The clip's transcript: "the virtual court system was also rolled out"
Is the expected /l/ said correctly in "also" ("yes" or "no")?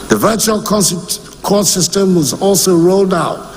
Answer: yes